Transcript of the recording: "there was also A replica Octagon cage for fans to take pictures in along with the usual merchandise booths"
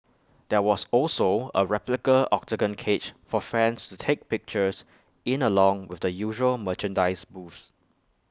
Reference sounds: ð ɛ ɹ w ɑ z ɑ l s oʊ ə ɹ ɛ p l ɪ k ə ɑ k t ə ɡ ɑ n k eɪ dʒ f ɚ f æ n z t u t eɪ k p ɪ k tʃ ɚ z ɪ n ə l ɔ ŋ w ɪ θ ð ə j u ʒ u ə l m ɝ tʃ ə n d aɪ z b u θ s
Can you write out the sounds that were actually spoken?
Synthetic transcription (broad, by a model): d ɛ w ɑ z ɑ l s oʊ ə ɹ ɛ p l ɪ k ə ɑ k s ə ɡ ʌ n k eɪ tʃ f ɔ f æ n s t u t eɪ k p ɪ k tʃ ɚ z ɪ n ə l ɔ ŋ w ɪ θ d ə j u ʒ u ə l m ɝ tʃ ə n d aɪ s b u f s